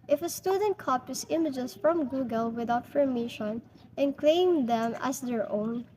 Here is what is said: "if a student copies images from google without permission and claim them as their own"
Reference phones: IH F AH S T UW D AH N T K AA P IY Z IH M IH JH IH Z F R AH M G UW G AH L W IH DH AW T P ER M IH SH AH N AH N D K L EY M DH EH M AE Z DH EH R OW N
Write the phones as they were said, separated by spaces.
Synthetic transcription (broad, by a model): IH F AH S T UW D AH N T K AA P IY S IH M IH JH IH S F R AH M G UW G AH L W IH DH AW T F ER M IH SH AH N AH N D K L EY M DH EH M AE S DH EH R OW N